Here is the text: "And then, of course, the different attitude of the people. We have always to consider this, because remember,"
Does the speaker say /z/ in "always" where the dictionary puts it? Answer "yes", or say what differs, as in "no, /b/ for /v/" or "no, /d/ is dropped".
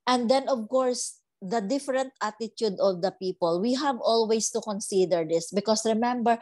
no, /s/ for /z/